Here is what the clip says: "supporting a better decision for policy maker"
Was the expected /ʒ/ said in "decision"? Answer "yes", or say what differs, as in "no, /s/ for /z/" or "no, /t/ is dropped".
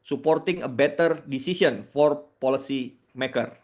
no, /s/ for /ʒ/